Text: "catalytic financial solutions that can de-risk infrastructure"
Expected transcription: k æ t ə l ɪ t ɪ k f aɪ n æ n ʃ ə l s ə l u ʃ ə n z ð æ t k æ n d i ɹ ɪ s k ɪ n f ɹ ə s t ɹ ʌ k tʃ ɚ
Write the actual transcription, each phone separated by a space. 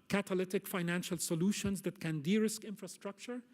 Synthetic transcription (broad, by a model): k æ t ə l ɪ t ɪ k f aɪ n æ n ʃ ə l s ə l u ʃ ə n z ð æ t k æ n d i ɹ ɪ s k ɪ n f ɹ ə s t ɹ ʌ k tʃ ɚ